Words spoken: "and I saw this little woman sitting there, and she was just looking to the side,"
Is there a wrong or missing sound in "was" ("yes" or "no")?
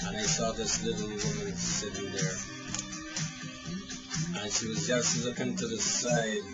no